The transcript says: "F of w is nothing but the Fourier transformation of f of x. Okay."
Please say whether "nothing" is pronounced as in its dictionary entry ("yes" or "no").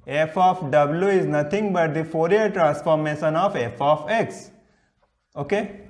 no